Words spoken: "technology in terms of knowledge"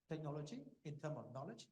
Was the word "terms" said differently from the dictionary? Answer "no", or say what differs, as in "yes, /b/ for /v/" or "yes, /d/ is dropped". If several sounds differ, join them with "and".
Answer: yes, /z/ is dropped